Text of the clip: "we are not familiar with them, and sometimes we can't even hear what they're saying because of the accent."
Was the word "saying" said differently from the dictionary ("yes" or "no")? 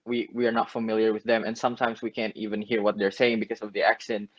no